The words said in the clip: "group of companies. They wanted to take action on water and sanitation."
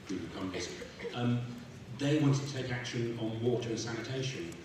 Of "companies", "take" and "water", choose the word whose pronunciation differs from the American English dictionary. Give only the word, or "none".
companies